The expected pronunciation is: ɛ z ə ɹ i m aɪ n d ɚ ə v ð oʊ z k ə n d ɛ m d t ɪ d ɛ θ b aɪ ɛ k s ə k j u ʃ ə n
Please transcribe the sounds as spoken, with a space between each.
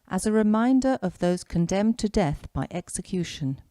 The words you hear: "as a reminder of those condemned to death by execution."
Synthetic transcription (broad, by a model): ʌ z ə ɹ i m aɪ n d ɚ ə v ð oʊ z k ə n d ɛ m t ɪ d ɛ θ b aɪ ɛ k s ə k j u ʃ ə n